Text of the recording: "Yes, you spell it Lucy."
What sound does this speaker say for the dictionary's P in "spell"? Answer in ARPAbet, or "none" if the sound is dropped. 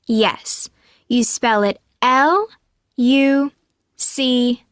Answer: P